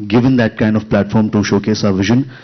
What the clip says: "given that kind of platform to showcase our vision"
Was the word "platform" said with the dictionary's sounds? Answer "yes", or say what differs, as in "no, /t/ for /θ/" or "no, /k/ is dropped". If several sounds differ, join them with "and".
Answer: yes